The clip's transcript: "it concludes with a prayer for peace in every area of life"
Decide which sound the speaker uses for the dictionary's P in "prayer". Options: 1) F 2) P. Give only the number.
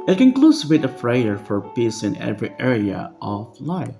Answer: 1